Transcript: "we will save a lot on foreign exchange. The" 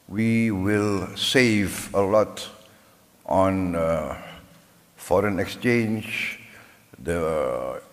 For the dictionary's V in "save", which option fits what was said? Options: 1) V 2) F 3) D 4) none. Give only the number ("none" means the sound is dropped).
1